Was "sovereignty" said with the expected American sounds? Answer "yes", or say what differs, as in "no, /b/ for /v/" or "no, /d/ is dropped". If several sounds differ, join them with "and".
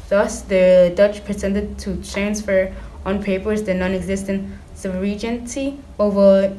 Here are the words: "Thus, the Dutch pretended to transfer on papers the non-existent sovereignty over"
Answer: no, /b/ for /v/